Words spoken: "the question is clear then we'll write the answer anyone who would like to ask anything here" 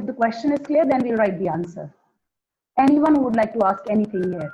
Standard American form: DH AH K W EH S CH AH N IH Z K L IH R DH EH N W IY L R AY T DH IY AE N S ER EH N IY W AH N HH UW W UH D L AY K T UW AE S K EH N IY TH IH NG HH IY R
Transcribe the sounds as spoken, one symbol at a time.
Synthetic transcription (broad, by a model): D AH K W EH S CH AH N IH Z K L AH R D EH N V IY L R AY T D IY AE N S ER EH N IY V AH N HH UW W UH D L AY K T UW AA S K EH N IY T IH NG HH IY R